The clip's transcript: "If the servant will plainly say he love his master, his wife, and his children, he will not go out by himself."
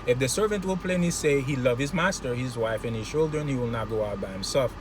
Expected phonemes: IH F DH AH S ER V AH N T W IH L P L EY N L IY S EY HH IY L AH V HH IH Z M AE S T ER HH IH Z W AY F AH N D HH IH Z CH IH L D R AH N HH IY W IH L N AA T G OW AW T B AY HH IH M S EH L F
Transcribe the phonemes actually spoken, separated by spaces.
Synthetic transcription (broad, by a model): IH F DH AH S ER V AH N T W IH L P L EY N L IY S EY HH IY L AH V HH IH Z M AE S T ER HH IH Z W AY F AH N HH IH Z CH IH L D R AH N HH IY W IH L N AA T G OW AW T B AY HH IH M S EH L F